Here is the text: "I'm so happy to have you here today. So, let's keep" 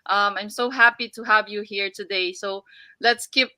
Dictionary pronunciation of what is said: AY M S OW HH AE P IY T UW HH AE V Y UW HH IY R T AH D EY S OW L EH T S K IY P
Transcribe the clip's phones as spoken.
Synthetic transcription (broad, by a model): AY M S OW HH AE P IY T UW HH AE V Y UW HH IY R T AH D EY S OW L EH T S K IY P